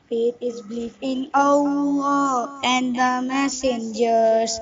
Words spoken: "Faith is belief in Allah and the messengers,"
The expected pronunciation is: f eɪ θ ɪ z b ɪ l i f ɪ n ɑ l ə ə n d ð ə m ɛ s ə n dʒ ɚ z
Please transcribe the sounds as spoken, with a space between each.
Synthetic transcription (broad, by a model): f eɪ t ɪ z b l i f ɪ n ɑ ə ə n d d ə m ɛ s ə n dʒ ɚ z